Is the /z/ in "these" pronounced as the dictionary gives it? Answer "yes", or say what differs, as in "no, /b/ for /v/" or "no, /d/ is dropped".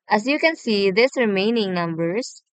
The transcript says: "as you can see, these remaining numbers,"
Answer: no, /s/ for /z/